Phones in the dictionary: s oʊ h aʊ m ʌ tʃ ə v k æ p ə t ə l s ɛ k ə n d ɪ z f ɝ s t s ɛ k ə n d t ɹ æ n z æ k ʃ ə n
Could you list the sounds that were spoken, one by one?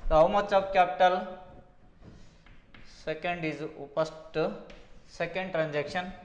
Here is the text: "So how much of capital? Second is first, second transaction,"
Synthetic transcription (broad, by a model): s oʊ h aʊ m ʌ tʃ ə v k æ p ə t ə l s ɛ k ə n d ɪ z p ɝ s t s ɛ k ə n d t ɹ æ n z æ k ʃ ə n